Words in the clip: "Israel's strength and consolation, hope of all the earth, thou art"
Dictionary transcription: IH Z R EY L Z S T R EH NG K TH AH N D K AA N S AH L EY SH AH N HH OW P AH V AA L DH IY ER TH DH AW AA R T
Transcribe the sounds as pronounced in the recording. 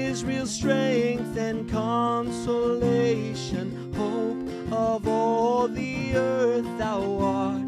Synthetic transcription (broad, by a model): IH Z R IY L S T R EH NG K TH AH N K AA N S AH L EY SH AH N HH OW P AH V AA L DH IY ER TH DH AW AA R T